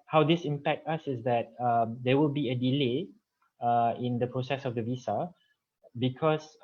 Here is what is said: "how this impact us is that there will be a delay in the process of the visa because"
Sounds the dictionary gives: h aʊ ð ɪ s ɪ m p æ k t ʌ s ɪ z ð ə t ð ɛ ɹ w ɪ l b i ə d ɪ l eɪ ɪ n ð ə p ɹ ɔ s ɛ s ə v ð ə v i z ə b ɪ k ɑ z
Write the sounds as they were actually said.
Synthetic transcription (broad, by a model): h aʊ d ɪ s ɪ m p æ k t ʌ s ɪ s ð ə t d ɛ w ɪ l b i ə d ɪ l eɪ ɪ n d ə p ɹ ɔ s ɛ s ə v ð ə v i s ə b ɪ k ɑ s